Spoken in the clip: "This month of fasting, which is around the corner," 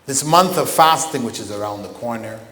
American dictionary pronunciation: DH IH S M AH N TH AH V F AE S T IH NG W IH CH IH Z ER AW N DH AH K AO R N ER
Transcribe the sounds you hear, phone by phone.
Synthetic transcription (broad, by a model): DH IH S M AH N TH AH V F AE S T IH NG W IH CH IH Z ER AW N DH AH K AO R N ER